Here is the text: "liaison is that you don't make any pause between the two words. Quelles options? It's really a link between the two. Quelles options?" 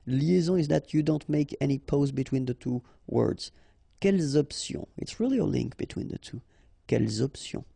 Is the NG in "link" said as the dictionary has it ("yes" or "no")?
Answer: yes